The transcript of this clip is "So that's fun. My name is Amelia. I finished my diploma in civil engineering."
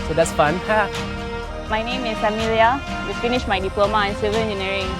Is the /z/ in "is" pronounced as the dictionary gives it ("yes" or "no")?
no